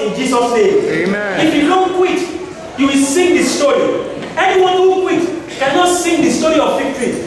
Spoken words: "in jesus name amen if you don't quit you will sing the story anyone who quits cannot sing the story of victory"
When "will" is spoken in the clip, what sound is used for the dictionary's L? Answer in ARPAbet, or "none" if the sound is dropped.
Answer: L